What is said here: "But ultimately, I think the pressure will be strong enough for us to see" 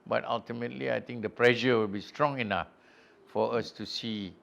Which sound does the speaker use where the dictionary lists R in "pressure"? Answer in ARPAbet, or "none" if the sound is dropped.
L